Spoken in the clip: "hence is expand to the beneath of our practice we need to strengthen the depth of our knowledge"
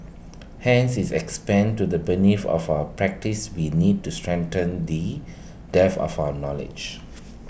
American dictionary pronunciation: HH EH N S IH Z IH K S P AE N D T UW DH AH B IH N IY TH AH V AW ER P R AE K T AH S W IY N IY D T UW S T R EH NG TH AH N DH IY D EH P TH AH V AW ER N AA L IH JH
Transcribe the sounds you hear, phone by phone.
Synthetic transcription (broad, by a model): HH EH N S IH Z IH K S P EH N T UW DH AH B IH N IY F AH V AW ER P R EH K T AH S W IY N IY D T UW S T R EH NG T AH N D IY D EH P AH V AW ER N AA L IH JH